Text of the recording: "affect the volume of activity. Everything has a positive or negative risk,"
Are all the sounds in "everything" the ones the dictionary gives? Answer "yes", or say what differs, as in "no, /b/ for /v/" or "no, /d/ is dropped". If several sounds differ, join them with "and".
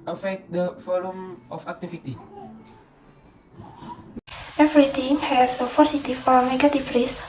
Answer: no, /t/ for /θ/